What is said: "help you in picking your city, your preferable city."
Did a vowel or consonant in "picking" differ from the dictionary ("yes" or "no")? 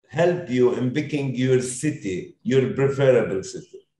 yes